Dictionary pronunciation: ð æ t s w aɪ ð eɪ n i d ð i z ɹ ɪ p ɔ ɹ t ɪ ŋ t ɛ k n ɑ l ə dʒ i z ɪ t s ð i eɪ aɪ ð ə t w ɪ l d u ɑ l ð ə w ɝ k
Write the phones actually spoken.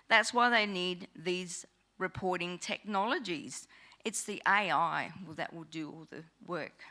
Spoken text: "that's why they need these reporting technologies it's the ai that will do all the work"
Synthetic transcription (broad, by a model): ð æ t s w aɪ ð eɪ n i d ð i z ɹ ɪ p ɔ ɹ t ɪ ŋ t ɛ k n ɑ l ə dʒ i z ɪ t s ð i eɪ aɪ ð ə t w ɪ l d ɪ ɑ l ð ə w ɝ k